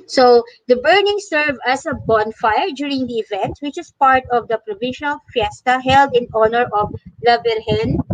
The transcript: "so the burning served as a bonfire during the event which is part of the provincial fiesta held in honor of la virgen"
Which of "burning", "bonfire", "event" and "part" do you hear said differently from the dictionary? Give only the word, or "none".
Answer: none